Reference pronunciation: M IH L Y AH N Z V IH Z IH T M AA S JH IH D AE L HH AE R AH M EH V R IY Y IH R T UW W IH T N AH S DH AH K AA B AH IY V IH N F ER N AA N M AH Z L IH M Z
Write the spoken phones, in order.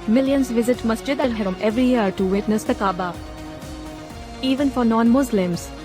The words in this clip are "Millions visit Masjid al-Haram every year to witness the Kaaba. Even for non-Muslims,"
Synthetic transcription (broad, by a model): M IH L Y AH N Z V IH Z IH T M AA S JH IH D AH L HH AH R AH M EH V R IY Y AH R T UW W IH T N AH S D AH K AA B AH IY V IH N F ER N AA N M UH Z L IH M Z